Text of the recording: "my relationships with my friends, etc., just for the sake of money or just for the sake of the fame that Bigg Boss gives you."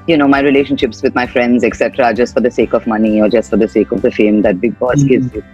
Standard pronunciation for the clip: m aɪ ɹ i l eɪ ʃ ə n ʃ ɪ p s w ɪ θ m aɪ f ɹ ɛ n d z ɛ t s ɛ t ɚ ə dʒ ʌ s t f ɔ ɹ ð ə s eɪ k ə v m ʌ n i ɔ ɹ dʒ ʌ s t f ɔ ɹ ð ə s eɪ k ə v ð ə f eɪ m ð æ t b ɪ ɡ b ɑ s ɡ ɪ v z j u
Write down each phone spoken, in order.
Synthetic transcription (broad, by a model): m aɪ ɹ i l eɪ ʃ ə n ʃ ɪ p s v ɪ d m aɪ f ɹ ɛ n d z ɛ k s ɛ t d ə dʒ ʌ s t f ɔ ɹ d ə s eɪ k ə v m ʌ n i ɔ ɹ dʒ ʌ s t f ɔ ɹ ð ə s eɪ k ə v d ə f eɪ m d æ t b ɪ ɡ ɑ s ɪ z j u